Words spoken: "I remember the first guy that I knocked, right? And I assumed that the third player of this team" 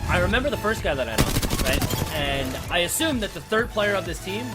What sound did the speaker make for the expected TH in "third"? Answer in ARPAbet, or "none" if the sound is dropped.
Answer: TH